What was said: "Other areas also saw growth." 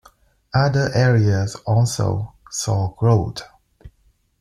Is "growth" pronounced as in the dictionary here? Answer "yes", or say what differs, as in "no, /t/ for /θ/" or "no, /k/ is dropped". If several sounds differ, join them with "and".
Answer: no, /t/ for /θ/